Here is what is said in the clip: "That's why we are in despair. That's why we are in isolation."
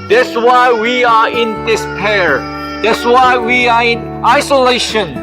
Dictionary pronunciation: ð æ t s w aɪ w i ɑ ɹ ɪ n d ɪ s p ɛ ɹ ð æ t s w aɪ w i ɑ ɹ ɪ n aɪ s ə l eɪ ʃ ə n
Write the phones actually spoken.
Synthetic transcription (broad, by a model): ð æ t s w aɪ w i ɑ ɹ ɪ n d ɪ s p ɛ ɹ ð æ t s w aɪ w i ɑ ɹ ɪ n aɪ s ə l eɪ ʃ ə n